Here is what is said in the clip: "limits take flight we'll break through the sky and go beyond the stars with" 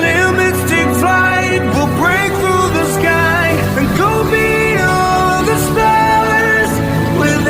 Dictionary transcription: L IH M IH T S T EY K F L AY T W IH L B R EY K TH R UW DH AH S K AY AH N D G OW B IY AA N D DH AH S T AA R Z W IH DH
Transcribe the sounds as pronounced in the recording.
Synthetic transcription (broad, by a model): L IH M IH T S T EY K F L AY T W IH L B R EY K TH R UW DH AH S K AY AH N G OW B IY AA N DH AH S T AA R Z W IH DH